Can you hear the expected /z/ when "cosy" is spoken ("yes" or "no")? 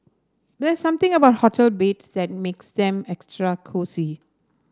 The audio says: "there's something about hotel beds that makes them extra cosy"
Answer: no